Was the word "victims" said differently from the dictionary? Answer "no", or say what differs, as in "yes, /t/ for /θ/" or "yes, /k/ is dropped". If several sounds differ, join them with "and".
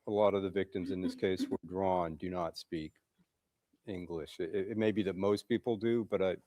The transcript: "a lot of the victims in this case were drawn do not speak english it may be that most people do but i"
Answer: no